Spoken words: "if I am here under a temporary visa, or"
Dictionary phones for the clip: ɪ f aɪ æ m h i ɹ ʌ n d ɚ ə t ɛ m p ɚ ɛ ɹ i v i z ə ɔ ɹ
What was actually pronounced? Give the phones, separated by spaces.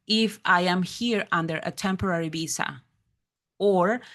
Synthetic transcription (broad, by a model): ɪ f aɪ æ m h i ɹ ʌ n d ɚ ə t ɛ m p ɚ ɛ ɹ i b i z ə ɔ ɹ